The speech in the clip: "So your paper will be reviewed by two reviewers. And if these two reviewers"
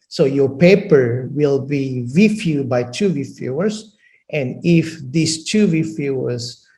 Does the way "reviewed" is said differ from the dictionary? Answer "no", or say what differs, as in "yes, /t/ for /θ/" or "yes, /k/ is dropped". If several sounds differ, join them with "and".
yes, /f/ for /v/